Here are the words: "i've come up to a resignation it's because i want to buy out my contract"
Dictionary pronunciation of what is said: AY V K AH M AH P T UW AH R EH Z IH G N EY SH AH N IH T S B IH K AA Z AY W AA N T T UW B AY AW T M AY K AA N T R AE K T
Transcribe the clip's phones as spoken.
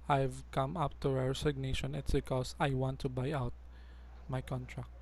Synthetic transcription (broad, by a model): AY V K AH M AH P T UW AH R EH S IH G N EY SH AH N IH T S B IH K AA S AY W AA N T T UW B AY AW T M AY K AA N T R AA K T